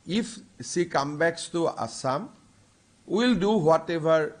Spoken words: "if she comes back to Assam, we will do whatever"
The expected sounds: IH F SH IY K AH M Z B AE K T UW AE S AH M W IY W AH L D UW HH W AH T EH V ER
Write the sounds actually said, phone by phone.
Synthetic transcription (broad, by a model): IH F S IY K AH M B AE K T UW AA S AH M W IY L D UW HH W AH T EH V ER